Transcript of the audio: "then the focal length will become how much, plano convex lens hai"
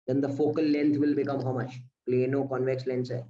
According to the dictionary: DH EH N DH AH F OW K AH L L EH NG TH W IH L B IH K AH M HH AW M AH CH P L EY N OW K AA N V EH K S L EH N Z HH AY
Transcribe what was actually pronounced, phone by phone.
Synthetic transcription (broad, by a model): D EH N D AH F OW K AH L L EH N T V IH L B IH K AH M HH AW M AH CH P L EY N OW K AA N V EH K S L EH N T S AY